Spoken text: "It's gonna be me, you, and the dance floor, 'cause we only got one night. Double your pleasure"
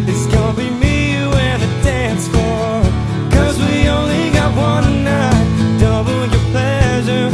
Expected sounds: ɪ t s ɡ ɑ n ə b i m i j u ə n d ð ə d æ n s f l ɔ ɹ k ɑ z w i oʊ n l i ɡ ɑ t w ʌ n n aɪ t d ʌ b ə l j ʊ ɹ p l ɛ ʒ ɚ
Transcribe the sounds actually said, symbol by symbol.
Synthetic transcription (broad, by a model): ɪ t s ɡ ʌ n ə b i m i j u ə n ð ə d æ n s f ɔ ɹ k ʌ z w i oʊ n l i ɡ ɑ t w ʌ n n aɪ t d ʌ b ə n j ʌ ɹ p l ɛ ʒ ɚ